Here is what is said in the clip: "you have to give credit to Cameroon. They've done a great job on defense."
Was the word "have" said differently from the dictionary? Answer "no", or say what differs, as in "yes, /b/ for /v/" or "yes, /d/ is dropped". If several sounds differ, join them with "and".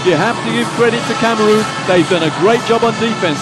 yes, /p/ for /v/